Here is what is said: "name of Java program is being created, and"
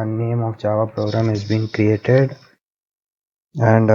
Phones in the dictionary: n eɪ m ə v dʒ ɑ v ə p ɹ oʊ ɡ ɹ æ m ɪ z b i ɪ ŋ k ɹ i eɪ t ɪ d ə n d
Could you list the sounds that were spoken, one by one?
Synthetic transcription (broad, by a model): n eɪ m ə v tʃ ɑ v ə p ɹ oʊ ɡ ɹ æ m ɪ z b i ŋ k ɹ i eɪ t ɪ d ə n d